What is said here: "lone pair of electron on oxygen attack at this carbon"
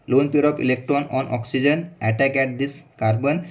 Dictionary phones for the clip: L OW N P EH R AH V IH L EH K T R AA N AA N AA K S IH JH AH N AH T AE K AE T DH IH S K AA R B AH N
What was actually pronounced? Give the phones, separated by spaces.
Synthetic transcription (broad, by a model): L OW N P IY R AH P IH L EH K T R AA N AA N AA K S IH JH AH N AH T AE K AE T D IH S K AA R B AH N